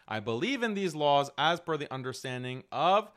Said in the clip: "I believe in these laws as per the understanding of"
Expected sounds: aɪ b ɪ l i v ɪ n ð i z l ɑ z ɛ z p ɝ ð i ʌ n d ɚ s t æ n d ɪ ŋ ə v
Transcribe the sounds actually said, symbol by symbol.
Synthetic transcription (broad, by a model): aɪ b ɪ l i v ɪ n ð i z l ɑ z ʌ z f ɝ ð i ʌ n d ɚ s t æ n d ɪ ŋ ə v